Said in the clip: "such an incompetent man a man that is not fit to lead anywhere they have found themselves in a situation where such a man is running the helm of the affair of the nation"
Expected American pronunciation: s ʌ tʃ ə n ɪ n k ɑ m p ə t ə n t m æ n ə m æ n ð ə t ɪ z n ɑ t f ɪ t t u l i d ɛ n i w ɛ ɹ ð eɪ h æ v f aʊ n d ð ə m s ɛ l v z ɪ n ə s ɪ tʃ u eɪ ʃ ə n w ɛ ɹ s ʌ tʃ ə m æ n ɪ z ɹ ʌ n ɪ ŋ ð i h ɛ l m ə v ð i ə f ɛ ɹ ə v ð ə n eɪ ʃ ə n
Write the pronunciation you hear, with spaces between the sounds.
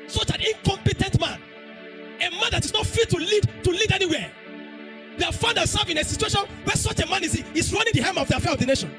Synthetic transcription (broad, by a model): s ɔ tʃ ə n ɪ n k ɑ m p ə t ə n t m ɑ n ə m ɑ n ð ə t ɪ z n ɑ t f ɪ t t u l i d ɛ n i w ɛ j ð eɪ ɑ f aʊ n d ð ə s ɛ v ɪ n ə s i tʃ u eɪ ʃ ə n w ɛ s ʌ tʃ ə m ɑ n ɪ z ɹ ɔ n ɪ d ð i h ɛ m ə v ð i ə f ɛ ɹ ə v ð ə n eɪ ʃ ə n